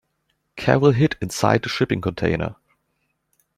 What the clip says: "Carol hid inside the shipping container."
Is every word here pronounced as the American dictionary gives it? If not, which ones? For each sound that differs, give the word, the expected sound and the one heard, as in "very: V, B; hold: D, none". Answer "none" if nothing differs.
carol: R, W